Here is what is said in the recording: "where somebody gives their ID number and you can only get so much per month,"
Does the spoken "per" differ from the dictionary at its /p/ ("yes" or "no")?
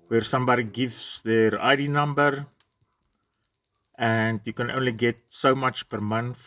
no